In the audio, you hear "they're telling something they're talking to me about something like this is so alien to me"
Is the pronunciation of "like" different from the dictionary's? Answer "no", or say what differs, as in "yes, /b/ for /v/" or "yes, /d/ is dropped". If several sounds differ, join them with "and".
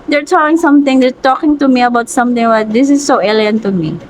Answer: yes, /w/ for /l/